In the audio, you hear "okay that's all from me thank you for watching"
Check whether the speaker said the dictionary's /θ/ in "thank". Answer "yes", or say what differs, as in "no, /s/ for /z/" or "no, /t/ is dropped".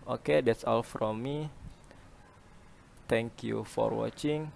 no, /t/ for /θ/